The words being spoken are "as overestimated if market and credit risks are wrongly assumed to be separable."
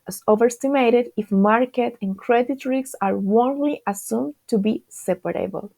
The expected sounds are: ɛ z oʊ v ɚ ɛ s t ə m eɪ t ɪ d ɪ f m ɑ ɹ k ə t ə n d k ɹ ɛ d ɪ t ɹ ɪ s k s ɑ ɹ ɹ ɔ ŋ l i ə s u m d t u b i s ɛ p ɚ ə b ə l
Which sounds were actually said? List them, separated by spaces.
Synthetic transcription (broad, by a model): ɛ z oʊ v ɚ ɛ s t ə m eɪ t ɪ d ɪ f m ɑ ɹ k ə t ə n k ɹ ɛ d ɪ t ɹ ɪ k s ɑ ɹ w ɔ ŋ l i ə s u m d t u b i s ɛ p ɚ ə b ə l